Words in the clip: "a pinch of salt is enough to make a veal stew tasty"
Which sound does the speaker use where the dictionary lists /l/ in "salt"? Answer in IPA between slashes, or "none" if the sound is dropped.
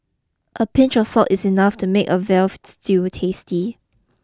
none